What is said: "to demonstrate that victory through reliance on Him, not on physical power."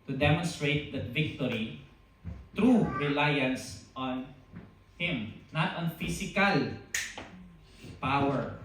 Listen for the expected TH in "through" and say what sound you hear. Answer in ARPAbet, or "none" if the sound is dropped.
T